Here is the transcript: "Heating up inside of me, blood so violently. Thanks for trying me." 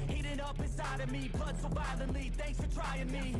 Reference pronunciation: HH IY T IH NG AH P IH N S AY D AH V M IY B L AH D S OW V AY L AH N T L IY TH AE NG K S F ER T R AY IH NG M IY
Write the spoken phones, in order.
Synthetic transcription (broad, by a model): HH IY T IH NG AH P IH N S AY D AH V M IY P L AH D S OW B AY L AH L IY TH AE NG K S F ER T R AY IH NG M IY